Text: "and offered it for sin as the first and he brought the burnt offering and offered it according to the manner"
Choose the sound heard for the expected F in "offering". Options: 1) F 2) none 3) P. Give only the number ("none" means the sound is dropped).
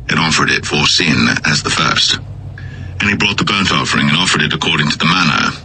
1